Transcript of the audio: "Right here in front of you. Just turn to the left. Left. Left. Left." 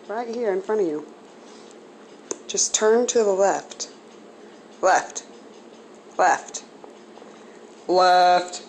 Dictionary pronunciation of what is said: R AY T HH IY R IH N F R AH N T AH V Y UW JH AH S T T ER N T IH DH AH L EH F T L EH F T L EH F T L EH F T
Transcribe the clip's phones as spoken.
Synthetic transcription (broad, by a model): R AY T HH IY R IH N F R AH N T AH V Y UW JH AH S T T ER N T IH DH AH L EH F T L EH F T L EH F T L EH F T